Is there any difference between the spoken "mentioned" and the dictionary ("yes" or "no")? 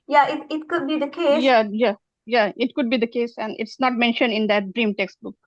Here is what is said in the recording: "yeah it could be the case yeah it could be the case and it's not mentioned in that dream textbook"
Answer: no